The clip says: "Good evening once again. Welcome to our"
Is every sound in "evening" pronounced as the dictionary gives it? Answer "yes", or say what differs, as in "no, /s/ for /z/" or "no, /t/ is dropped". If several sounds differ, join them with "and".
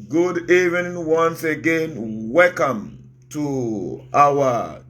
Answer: no, /n/ is dropped